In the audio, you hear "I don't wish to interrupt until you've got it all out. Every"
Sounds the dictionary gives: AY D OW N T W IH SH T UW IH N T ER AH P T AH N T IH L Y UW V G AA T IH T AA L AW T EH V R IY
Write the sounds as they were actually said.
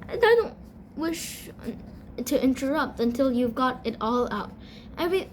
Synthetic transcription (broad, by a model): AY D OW N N W IH SH T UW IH N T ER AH P T AH N T IH L Y UW V G AA T IH T AA L AW T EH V R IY